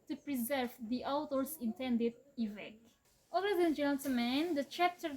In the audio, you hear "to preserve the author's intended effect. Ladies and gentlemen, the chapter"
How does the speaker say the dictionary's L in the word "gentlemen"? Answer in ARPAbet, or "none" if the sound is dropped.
none